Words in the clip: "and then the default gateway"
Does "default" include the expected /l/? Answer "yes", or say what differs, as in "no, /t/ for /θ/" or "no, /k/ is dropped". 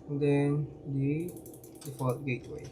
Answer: no, /l/ is dropped